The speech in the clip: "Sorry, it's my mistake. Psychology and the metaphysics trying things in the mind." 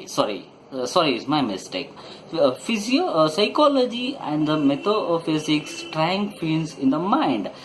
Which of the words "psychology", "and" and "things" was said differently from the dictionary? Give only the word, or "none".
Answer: things